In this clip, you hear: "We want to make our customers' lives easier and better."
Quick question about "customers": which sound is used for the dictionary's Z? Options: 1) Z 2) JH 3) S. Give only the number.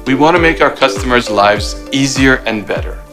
1